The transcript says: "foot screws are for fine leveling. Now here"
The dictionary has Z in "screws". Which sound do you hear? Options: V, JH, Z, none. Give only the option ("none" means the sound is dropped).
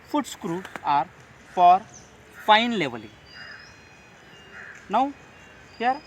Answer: none